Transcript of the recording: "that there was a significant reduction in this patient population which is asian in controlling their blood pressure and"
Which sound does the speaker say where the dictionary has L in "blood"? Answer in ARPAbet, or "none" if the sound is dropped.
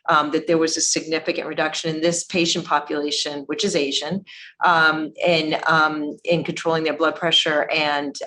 L